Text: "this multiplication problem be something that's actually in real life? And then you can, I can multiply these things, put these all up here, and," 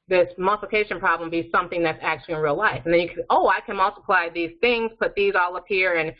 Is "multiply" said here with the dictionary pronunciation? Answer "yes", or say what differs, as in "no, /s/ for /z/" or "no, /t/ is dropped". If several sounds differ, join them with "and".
yes